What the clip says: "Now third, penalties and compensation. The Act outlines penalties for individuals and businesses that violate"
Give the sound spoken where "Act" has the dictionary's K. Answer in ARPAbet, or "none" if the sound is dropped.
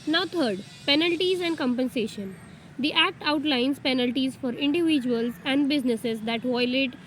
K